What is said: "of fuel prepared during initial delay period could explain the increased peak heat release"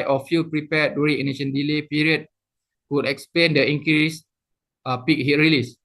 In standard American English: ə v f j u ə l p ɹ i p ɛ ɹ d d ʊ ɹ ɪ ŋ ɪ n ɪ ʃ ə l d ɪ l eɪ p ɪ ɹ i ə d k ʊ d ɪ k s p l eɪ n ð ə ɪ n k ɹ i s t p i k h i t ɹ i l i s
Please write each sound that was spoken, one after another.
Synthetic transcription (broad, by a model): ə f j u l p ɹ i p ɛ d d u ɹ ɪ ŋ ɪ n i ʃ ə n d ɪ l eɪ p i ɹ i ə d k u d ɪ k s p l eɪ n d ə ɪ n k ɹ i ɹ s p i k h i t ɹ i l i s